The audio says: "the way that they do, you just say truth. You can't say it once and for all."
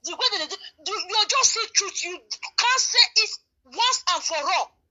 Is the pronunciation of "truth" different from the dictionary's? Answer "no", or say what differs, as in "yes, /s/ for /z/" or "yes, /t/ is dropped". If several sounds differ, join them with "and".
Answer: yes, /t/ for /θ/